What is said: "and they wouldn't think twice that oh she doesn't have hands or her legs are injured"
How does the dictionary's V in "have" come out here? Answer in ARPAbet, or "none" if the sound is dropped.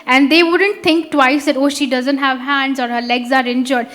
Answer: V